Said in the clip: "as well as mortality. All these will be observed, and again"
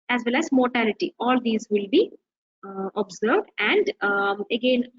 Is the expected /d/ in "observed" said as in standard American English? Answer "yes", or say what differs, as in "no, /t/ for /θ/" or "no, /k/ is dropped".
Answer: yes